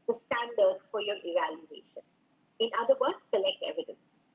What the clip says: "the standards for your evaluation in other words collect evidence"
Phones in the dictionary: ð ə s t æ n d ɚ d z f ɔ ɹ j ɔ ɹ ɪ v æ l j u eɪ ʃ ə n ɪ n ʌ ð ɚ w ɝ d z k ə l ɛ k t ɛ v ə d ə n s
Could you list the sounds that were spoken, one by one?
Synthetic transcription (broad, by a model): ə s t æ n d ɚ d f ɔ ɹ j ɔ ɹ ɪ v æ l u eɪ ʃ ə n ɪ n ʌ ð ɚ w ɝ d k ə l ɛ k t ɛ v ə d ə n s